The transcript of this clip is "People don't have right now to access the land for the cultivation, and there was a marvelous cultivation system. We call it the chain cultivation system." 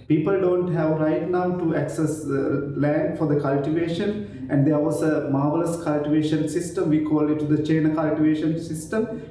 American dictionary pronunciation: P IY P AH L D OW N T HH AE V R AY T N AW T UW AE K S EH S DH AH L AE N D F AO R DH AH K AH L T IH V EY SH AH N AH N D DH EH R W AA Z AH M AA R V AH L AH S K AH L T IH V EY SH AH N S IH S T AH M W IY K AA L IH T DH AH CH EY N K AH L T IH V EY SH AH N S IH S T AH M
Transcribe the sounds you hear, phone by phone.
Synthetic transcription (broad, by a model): P IY P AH L D OW N T HH AE V R AY T N AW T UW AE K S EH S L AE N D F AO R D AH K AH L T IH V EY SH AH N AH N D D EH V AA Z AH M AA R V AH L AH S K AH L T IH V EY SH AH N S IH S T AH M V IY K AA L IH T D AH CH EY N K AH L T IH V EY SH AH N S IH S T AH M